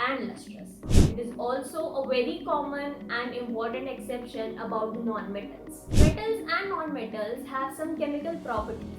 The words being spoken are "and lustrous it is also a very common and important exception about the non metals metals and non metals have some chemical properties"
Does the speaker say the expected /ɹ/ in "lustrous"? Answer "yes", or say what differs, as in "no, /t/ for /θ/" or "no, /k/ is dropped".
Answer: no, /ɹ/ is dropped